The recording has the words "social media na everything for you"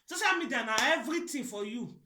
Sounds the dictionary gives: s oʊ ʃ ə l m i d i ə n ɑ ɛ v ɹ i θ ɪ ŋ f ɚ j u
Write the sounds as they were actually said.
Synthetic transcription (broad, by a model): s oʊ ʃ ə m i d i n ɑ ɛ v ɹ i t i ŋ f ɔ j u